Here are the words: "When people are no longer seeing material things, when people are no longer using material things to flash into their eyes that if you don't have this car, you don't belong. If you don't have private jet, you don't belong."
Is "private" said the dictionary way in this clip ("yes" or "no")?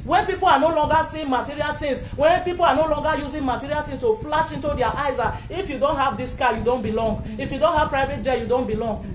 yes